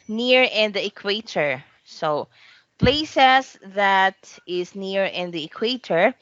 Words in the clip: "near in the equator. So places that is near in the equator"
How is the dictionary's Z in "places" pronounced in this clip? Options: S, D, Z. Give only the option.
S